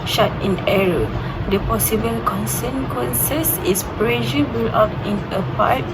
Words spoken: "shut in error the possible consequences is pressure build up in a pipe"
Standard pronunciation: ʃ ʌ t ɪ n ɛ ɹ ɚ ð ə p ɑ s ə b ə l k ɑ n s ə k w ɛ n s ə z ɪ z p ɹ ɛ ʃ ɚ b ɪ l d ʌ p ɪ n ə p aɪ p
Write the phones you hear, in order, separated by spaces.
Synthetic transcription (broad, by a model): ʃ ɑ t ɪ n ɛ ɹ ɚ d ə p ɑ s ə b ə l k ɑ n s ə k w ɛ n s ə s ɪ s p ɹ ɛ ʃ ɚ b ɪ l ɑ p ɪ n ə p aɪ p